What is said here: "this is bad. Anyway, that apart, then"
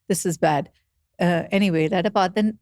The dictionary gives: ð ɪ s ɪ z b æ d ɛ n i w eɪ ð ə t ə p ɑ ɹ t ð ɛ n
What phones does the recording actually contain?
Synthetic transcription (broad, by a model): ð ɪ s ɪ z b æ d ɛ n i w eɪ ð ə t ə b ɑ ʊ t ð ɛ n